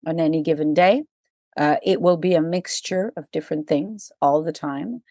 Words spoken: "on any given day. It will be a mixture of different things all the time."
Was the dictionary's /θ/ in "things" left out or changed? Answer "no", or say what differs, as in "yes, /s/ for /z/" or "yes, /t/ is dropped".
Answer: no